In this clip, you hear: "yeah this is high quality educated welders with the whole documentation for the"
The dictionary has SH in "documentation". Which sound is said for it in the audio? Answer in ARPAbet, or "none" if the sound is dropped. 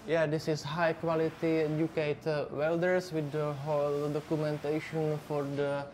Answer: SH